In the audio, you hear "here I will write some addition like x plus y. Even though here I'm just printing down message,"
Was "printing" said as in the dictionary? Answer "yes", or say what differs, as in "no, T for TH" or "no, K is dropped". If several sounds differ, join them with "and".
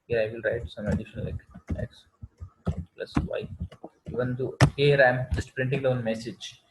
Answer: yes